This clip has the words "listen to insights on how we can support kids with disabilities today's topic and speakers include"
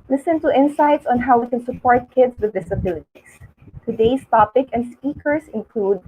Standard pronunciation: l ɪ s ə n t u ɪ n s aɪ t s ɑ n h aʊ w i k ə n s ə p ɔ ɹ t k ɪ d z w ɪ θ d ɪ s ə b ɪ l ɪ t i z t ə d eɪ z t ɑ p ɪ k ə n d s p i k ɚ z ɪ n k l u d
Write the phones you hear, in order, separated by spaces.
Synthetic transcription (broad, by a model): l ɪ s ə n t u ɪ n s aɪ t s ɑ n h aʊ w i k ə n s ə p ɔ ɹ t k ɪ d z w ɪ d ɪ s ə b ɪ l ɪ t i s t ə d eɪ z t ɑ p ɪ k ə n d s p i k ɚ s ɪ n k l u d